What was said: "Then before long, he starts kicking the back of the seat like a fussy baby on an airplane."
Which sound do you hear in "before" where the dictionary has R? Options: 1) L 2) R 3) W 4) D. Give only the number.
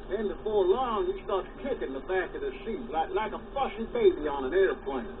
2